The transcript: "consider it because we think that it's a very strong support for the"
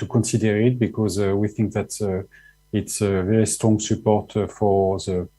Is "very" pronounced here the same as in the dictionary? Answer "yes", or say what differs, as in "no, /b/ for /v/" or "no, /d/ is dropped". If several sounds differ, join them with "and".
yes